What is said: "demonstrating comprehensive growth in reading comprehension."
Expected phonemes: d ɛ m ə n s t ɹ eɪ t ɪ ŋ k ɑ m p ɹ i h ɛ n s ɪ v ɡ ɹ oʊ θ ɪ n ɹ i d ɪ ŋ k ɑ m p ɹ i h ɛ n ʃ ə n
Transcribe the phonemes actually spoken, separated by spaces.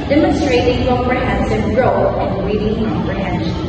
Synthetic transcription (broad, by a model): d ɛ m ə n s t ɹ eɪ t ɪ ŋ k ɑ p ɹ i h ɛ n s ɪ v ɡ ɹ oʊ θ ɪ n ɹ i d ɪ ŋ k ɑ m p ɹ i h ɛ n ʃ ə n